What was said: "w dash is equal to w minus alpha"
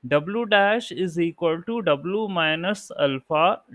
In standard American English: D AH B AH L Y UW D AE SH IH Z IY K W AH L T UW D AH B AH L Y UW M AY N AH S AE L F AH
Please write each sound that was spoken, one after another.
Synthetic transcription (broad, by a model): D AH B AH L Y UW D AE SH IH Z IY K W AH L T UW D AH B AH L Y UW M AY N AH S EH L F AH